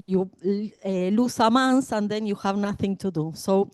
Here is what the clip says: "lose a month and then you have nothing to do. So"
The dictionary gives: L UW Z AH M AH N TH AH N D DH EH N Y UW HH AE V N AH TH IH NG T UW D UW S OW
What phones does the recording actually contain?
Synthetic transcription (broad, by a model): L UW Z AH M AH N S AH N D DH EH N Y UW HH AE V N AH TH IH NG T UW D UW S OW